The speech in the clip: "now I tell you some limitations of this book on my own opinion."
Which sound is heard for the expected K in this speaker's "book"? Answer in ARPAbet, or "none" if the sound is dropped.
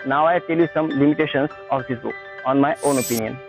none